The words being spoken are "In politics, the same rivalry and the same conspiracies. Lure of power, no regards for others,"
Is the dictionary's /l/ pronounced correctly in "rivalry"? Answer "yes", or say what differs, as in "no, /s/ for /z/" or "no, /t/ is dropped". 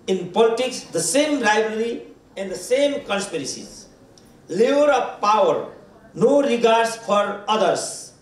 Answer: no, /l/ is dropped